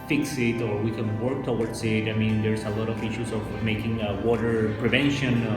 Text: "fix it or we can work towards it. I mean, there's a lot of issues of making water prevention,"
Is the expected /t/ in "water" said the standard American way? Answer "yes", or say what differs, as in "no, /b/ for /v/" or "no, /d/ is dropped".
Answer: yes